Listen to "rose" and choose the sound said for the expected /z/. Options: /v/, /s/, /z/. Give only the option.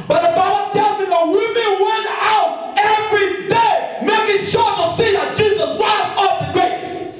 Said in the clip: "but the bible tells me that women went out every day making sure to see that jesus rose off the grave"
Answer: /s/